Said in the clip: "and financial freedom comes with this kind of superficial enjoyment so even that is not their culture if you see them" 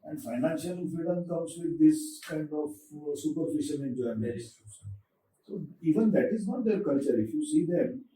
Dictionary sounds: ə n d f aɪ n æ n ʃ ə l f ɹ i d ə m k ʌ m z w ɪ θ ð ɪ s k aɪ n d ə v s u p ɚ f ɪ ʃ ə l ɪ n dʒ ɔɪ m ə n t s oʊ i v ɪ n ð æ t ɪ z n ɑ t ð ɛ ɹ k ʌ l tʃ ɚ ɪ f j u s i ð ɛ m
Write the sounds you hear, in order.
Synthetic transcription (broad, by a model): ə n d f aɪ n æ n ʃ ə l f ɹ i d ə m k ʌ m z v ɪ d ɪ s k aɪ n d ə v s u p ɚ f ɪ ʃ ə n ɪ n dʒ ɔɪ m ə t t s oʊ i v ɪ n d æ t ɪ z n ɑ t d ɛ ɹ k ʌ l tʃ ɚ ɪ f j u s i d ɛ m